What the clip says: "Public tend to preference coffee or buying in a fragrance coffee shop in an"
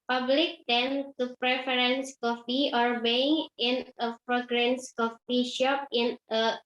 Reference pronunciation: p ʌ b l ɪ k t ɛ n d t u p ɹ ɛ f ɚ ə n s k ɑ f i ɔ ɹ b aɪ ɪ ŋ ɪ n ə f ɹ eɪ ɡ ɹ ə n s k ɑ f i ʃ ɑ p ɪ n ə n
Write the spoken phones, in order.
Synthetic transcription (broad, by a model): p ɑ b l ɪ k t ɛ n t u p ɹ ɛ f ɚ ə n s k ɑ f i ɔ ɹ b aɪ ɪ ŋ ɪ n ə p ɹ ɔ ɡ ɹ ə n s k ɑ f i ʃ ɑ p ɪ n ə